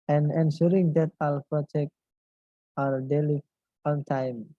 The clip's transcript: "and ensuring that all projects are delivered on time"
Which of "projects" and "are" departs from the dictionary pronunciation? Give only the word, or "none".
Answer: projects